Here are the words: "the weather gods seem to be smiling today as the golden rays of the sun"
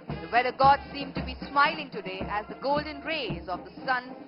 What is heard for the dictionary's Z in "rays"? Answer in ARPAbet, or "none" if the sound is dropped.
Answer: Z